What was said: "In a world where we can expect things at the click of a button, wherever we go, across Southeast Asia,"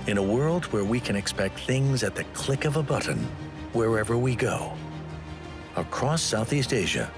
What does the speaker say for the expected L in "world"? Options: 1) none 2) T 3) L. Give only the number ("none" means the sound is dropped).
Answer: 3